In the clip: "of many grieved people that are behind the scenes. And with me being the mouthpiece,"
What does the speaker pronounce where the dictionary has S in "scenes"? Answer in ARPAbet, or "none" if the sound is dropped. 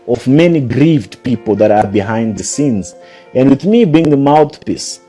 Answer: S